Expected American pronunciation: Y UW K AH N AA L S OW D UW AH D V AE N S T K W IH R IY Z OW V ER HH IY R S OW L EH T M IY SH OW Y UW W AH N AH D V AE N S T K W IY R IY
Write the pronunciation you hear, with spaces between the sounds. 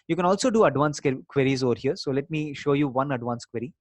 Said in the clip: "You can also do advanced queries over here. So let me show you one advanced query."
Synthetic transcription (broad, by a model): Y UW K AH N AA L S OW D UW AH D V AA N S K K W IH R IY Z OW V ER HH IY R S OW L EH T M IY SH OW Y UW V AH N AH D V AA N S K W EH R IY